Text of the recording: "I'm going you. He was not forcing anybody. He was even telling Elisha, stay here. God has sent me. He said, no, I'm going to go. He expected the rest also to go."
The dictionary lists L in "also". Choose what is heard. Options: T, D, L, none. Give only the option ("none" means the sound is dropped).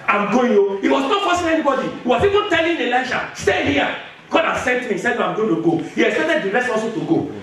none